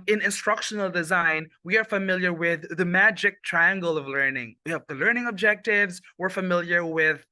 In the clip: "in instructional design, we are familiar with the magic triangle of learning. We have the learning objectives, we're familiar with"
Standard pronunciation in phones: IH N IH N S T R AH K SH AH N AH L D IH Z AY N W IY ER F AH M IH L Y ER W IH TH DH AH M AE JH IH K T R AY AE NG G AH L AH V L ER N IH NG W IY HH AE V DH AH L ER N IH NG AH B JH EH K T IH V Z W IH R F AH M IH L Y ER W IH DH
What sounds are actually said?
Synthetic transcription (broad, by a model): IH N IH N S T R AH K SH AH N L D IH Z AY N W IY ER F AH M IH L Y ER W IH DH AH M AE JH IH K T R AY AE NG G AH L AH V L ER N IH NG W IY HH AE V DH AH L ER N IH NG AH B JH EH K T IH V Z W IH R F AH M IH L Y ER W IH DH